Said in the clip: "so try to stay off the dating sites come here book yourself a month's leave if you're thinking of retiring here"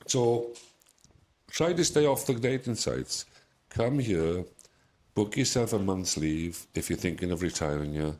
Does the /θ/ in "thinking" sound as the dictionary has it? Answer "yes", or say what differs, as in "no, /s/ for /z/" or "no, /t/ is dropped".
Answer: yes